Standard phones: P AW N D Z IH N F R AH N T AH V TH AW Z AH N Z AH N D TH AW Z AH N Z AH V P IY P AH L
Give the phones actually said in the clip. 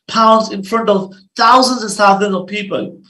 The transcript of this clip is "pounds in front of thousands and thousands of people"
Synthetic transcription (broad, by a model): P AW N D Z IH N F R AH N T AH V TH AW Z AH N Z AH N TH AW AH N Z AH V P IY P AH L